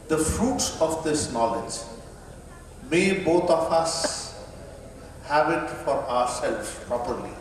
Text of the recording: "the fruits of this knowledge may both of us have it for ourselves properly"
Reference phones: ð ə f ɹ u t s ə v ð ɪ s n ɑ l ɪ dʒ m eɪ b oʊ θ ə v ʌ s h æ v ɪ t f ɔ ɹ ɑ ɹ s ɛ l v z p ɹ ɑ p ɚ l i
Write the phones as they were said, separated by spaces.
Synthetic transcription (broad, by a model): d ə f ɹ u t s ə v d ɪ s n ɑ l ɪ dʒ m eɪ b oʊ t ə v ʌ s h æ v ɪ t f ɔ ɹ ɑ ɹ s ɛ l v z p ɹ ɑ p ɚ l i